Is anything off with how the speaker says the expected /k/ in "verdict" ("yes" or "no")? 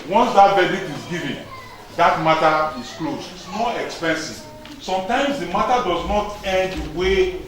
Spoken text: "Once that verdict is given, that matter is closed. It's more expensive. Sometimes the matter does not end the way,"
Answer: yes